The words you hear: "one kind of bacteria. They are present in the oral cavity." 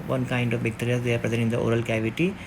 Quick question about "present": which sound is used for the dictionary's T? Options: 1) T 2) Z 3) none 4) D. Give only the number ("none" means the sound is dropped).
3